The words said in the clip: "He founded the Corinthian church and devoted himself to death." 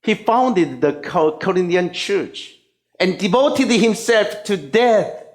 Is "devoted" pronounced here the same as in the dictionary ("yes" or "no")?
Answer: yes